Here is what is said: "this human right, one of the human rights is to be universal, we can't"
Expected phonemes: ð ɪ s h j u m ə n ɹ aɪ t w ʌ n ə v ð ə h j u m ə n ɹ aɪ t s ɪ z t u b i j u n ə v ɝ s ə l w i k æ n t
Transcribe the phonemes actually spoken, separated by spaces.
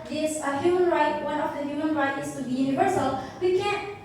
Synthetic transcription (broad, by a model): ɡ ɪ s h j u m ə n ɹ aɪ t w ʌ n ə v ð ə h j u m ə n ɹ aɪ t ɪ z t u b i j u n ə v ɝ s ə l w i k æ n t